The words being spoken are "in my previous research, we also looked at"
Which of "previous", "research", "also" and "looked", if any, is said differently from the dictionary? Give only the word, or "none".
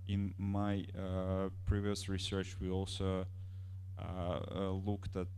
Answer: none